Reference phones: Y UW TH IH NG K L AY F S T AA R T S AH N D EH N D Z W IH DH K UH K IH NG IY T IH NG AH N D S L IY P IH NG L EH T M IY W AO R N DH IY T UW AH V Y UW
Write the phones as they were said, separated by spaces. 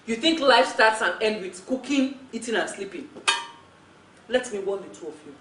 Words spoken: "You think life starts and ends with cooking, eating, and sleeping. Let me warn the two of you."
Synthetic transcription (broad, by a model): Y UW TH IH NG K L AY F S T AA T S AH N EH N D W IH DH K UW K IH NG IY T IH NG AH N S L IY P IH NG L EH T M IY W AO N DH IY T UW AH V Y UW